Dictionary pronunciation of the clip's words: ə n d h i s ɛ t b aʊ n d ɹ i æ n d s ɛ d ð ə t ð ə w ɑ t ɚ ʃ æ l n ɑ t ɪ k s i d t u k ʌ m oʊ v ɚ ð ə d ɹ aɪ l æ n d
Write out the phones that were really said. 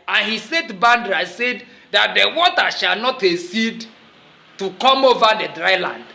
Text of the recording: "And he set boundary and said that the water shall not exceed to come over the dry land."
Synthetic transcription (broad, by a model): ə n h i s ɛ t b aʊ n d ɹ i s ɛ d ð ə t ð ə w ɑ t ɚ ʃ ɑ l n ɑ t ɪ s i d t u k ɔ m oʊ v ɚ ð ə d ɹ aɪ l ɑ n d